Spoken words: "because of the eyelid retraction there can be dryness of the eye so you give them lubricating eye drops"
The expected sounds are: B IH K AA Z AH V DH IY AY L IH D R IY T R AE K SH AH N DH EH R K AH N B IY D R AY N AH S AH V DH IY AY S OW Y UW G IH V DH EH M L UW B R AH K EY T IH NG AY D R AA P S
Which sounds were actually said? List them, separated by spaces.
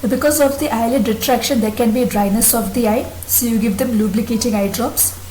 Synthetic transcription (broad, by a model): B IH K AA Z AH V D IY AY L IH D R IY T R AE K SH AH N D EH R K AH N B IY D R AY N AH S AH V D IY AY S OW Y UW G IH V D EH M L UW B L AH K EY T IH NG AY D R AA P S